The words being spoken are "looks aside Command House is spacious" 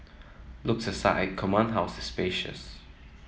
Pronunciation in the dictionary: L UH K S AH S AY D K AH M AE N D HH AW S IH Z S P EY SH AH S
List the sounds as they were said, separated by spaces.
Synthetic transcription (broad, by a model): L UH K S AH S AY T K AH M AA N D HH AW S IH S P EY SH AH S